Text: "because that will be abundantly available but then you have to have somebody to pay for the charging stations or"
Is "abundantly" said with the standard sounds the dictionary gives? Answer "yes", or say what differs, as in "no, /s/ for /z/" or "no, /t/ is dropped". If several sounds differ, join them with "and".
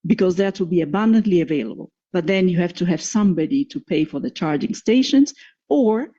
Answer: yes